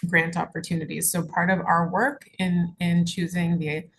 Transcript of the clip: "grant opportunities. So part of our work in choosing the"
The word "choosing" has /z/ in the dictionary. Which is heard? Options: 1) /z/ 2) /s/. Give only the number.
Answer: 1